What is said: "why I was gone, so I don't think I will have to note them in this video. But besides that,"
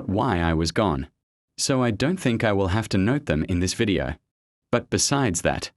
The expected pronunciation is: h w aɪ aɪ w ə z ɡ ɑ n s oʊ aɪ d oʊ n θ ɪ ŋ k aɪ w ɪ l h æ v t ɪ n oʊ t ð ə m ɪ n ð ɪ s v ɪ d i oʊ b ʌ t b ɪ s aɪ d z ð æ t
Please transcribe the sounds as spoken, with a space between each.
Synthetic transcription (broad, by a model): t w aɪ aɪ w ə z ɡ ɑ n s oʊ aɪ d oʊ n θ ɪ ŋ k aɪ w ɪ l h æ f t ɪ n oʊ t ð ə m ɪ n ð ɪ s v ɪ d i oʊ b ʌ t b ɪ s aɪ d z ð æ t